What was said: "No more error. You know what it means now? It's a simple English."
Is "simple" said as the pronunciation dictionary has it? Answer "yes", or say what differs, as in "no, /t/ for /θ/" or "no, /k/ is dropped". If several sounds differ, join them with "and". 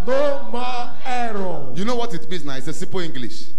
no, /m/ is dropped